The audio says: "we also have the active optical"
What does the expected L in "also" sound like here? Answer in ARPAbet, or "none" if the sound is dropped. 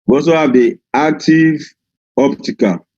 none